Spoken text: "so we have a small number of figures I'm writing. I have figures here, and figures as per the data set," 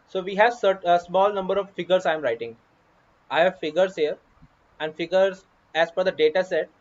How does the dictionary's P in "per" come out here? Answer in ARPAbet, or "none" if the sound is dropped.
F